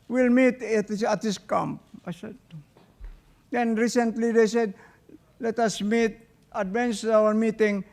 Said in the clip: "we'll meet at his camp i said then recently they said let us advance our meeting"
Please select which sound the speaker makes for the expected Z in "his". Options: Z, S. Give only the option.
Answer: S